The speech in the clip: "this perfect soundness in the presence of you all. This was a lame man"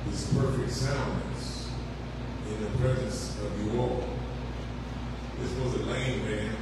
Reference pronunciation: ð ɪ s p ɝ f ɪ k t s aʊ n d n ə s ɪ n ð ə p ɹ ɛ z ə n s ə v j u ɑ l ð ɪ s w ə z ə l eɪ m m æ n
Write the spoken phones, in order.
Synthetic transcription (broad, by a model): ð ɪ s p ɝ f ɪ k t s aʊ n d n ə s ɪ n ð ə p ɹ ɛ z ə n s ə v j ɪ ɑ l ð ɪ s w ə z ə l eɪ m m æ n